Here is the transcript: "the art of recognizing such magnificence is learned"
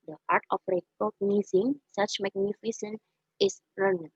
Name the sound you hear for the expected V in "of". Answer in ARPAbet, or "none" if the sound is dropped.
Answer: P